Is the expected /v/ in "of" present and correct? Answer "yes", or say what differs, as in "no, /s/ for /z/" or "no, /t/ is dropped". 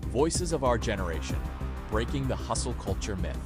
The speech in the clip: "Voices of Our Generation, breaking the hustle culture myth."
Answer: yes